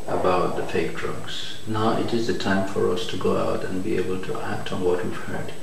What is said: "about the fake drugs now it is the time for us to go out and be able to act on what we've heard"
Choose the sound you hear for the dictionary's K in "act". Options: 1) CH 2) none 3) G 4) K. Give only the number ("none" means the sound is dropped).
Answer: 4